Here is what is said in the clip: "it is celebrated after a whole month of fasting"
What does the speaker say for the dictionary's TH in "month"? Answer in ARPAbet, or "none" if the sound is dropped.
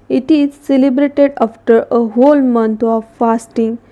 T